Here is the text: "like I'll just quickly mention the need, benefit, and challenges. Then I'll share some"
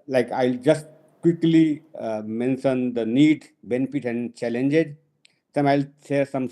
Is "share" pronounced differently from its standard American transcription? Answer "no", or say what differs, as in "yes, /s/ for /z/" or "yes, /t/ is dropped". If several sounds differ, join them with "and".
yes, /s/ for /ʃ/